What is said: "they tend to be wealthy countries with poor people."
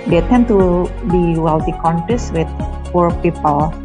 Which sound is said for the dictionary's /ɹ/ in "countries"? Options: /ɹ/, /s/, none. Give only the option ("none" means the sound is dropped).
none